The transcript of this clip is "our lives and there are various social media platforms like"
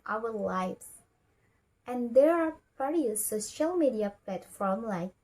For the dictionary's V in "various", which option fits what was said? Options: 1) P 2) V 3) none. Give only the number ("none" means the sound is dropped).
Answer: 1